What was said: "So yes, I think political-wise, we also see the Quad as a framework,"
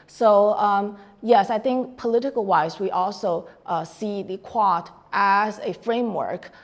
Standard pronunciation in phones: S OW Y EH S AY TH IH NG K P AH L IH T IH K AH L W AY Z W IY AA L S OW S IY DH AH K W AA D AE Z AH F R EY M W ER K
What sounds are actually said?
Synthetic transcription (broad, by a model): S OW Y EH S AY TH IH NG K P AH L IH T IH K AH L W AY Z W IY AA L S OW S IY DH AH K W AA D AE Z AH F R EY M W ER K